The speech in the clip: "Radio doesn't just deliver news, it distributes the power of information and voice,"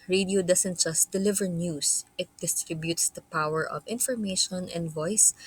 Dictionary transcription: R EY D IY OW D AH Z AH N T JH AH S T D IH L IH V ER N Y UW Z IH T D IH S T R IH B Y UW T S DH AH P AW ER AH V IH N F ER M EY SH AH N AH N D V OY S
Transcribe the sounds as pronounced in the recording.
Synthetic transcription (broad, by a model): R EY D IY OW D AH S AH N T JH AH S T D IH L IH V ER N Y UW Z IH T D IH S T R IH B Y UW T S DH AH P AW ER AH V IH N F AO M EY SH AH N AH N D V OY S